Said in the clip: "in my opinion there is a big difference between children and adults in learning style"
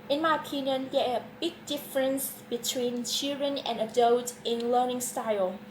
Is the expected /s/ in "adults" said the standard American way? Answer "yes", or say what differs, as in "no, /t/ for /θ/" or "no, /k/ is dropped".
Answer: no, /s/ is dropped